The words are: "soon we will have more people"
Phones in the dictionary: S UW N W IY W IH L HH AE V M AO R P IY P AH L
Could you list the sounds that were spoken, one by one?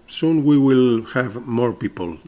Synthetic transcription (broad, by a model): S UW N W IY W IH L HH AE V M AO R P IY P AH L